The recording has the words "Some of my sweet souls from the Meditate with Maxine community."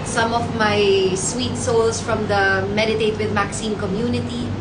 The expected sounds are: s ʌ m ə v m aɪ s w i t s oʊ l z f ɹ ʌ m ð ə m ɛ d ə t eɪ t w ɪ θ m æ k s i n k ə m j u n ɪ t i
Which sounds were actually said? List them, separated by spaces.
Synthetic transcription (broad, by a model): s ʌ m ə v m aɪ s w i t s oʊ l s f ɹ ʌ m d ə m ɛ d ə t eɪ t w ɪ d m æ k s i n k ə m j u n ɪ t i